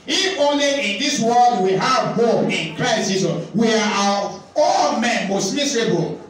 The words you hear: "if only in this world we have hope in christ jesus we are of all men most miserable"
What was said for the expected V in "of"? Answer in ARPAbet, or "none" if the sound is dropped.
W